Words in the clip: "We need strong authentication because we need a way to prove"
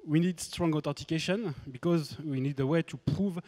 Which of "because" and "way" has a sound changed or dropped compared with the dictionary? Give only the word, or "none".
none